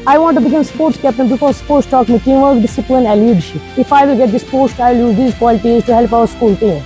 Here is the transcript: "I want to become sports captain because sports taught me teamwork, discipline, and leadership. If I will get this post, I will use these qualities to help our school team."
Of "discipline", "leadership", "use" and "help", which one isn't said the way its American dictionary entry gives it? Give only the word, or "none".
leadership